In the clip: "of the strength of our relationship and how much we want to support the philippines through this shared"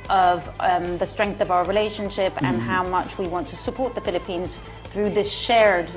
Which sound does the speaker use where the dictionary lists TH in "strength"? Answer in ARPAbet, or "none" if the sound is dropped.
TH